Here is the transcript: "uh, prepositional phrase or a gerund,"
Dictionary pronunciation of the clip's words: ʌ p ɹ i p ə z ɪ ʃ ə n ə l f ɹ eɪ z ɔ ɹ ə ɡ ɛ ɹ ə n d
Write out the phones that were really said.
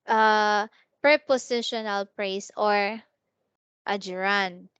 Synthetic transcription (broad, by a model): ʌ p ɹ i p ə s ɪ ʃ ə n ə l p ɹ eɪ s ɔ ɹ ə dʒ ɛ ɹ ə n